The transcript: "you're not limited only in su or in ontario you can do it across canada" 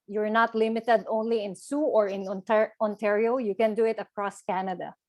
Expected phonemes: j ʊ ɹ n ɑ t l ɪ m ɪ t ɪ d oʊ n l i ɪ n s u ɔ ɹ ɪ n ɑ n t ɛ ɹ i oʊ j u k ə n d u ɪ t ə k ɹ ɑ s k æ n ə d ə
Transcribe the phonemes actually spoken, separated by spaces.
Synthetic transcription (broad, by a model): j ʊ ɹ n ɑ t l ɪ m ɪ t ɪ d oʊ n l i ɪ n s u ɔ ɹ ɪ n ɑ n t ɛ ɹ i oʊ j u k ə n d u ɪ t ə k ɹ ɑ s k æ n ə d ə